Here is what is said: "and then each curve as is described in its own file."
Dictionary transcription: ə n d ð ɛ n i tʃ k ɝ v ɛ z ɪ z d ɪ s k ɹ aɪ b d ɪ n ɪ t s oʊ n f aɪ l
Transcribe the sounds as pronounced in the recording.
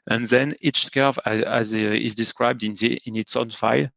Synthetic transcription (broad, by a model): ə n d ð ɛ n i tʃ k ɝ v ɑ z ɪ z d ɪ s k ɹ aɪ b d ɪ n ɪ t s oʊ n f aɪ l